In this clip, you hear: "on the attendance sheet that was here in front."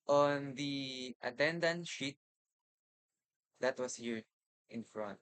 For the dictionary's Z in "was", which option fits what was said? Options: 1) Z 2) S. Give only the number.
2